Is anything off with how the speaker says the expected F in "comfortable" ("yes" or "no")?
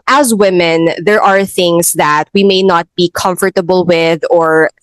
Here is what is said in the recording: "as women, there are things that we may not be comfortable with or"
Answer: no